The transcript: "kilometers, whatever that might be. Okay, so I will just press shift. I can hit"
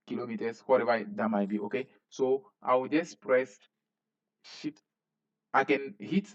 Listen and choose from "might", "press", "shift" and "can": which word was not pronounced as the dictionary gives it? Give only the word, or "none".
shift